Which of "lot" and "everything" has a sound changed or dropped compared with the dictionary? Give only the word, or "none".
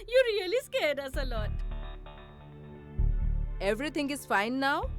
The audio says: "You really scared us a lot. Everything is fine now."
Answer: everything